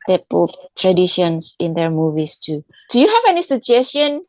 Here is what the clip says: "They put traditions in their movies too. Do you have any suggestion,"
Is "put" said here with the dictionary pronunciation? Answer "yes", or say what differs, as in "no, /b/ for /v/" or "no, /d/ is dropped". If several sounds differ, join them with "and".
no, /b/ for /p/